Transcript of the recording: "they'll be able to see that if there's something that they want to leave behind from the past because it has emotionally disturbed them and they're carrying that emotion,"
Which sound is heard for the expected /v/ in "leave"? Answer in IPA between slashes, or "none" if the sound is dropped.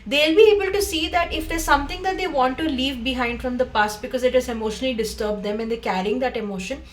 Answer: /v/